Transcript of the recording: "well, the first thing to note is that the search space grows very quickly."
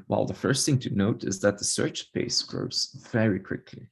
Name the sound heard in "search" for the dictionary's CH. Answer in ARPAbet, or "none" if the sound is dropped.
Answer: CH